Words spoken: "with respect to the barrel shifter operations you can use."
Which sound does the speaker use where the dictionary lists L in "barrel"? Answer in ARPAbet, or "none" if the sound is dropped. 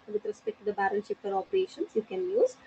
N